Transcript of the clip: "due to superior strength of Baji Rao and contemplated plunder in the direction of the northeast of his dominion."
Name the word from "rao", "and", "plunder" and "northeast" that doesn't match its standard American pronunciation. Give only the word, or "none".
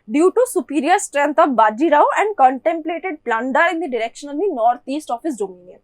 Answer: northeast